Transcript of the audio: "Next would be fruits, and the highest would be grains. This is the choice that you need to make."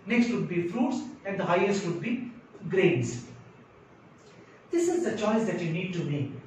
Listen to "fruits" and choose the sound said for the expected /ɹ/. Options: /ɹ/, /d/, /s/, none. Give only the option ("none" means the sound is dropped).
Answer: /ɹ/